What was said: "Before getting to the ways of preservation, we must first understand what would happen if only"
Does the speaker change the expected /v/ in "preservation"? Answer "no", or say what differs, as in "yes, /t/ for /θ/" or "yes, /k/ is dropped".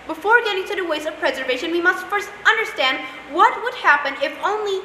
no